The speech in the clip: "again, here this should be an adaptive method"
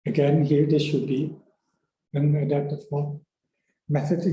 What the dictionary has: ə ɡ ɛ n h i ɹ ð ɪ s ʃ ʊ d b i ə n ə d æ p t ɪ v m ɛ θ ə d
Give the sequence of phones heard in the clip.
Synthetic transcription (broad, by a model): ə ɡ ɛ n h i ɹ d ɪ ʃ ʊ d b i ə n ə d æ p t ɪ f m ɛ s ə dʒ